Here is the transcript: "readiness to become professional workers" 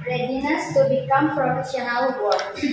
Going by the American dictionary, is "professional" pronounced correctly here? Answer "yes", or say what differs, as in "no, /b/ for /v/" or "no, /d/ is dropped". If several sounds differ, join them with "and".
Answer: no, /f/ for /p/